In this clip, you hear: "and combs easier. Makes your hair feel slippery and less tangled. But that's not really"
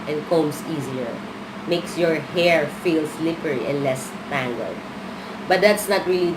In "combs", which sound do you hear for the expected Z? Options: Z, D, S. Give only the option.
S